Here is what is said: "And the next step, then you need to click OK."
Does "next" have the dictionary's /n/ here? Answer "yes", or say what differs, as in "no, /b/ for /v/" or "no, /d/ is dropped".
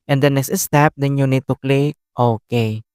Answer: yes